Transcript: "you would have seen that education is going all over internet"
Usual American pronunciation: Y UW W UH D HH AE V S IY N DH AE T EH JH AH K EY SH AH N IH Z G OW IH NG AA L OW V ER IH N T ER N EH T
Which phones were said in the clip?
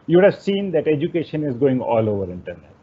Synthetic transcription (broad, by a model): Y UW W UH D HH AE V S IY N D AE T EH JH AH K EY SH AH N IH Z G OW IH NG AA L OW V ER IH N T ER N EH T